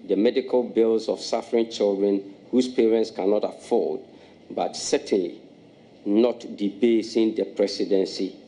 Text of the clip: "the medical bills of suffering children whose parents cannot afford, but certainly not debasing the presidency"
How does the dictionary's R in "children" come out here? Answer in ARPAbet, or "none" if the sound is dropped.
R